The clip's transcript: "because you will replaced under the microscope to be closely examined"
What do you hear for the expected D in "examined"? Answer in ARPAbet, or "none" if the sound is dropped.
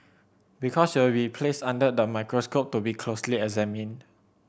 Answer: none